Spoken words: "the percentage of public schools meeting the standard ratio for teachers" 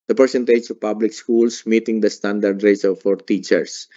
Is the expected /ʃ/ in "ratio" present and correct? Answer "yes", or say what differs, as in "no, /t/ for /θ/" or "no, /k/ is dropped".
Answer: no, /s/ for /ʃ/